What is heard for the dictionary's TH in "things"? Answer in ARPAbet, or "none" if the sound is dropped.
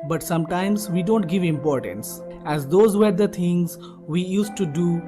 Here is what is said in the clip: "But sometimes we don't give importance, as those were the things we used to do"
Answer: T